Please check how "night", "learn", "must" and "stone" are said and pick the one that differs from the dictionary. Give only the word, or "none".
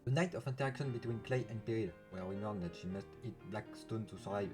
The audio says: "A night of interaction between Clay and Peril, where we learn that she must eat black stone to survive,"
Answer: learn